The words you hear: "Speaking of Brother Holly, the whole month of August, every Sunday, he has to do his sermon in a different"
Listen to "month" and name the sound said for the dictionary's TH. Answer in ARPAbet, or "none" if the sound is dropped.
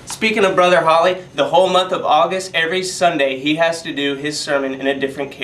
TH